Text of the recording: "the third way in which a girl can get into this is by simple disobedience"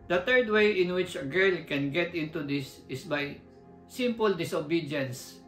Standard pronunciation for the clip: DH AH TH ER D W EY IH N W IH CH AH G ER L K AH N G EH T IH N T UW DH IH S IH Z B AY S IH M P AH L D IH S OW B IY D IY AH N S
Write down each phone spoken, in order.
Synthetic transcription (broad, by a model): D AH T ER D W EY IH N W IH CH AH G ER L K AH N G EH T IH N T UW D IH S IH S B AY S IH M P AH L D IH S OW B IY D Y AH N S